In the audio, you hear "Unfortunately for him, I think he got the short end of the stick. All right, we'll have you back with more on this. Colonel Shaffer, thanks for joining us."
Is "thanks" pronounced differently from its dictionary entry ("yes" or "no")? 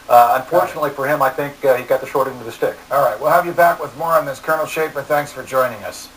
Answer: no